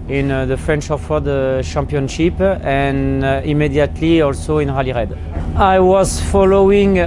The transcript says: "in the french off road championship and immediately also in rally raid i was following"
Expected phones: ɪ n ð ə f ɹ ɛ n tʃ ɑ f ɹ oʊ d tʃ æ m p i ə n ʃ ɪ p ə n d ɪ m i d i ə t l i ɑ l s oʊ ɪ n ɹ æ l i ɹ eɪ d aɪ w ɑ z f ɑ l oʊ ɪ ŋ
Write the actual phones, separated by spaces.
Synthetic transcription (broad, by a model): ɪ n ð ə f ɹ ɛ n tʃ ɑ f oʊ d ʃ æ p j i n ʃ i p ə n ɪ m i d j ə t l i ɑ l s oʊ ɪ n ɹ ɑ l i ɹ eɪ d aɪ w ɑ z f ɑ l oʊ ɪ ŋ